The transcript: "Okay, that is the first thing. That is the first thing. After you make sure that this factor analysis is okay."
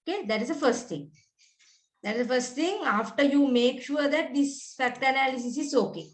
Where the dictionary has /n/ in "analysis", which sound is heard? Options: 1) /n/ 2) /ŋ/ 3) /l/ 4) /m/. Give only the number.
1